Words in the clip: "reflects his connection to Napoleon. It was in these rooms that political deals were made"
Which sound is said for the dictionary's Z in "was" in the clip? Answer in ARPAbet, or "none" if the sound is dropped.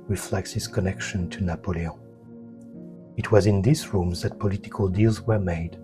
Z